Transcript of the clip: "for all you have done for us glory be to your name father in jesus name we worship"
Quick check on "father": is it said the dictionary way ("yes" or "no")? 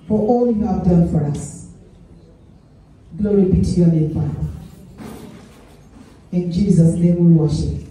no